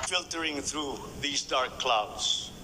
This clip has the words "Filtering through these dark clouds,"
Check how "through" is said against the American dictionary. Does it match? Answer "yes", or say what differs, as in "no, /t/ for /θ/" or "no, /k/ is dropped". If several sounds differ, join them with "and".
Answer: yes